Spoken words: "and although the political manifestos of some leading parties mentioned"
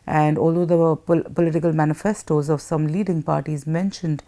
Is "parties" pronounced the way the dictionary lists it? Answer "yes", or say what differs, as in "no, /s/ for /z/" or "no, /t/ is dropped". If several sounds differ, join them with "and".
yes